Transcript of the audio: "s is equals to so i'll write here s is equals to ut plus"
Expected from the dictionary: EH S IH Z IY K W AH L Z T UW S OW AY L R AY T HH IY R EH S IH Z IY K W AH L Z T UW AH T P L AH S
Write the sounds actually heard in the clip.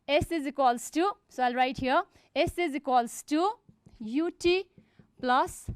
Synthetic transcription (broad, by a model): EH S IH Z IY K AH L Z T UW S OW AY L R AY T HH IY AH EH S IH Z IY K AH L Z T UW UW T P L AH S